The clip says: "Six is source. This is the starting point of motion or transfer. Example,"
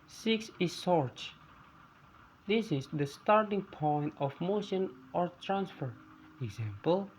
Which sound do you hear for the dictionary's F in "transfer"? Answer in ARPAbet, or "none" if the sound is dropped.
F